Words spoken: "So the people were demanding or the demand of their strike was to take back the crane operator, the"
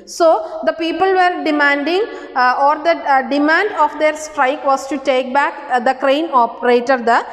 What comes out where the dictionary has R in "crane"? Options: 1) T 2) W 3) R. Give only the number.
3